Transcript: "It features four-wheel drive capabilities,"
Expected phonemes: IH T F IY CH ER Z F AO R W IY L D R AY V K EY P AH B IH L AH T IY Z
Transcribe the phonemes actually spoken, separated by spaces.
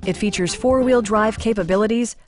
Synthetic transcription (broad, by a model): IH T F IY CH ER Z F AO R W IY L D R AY V K EY P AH B IH L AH T IY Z